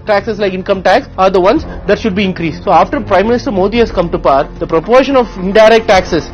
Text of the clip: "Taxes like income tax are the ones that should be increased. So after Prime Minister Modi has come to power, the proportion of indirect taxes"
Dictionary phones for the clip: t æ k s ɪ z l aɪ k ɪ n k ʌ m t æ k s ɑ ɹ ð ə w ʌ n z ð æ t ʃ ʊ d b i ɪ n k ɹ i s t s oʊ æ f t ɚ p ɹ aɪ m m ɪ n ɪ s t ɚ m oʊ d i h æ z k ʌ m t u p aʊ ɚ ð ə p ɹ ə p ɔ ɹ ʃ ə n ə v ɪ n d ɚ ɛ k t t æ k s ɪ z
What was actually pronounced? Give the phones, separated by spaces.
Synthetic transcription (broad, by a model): t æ k s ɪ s l aɪ k ɪ n k ʌ m t æ k s ɑ ɹ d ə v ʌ n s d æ t ʃ ʊ d b i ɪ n k ɹ i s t s oʊ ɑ f t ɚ p ɹ aɪ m m ɪ n ɪ s t ɚ m oʊ d i h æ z k ʌ m t u p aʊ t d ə p ɹ ə p ɔ ɹ ʃ ə n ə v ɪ n d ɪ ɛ k t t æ k s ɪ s